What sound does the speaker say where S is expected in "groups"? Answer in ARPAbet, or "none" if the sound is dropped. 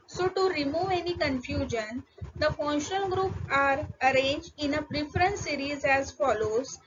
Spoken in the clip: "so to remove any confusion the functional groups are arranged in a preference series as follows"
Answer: none